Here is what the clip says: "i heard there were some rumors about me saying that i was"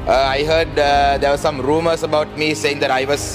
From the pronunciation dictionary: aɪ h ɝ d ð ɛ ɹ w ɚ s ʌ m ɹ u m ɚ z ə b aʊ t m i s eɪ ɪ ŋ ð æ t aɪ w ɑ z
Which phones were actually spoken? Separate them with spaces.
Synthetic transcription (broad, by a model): aɪ h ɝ d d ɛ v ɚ s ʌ m ɹ u m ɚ s ə b aʊ t m i s eɪ ɪ ŋ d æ t aɪ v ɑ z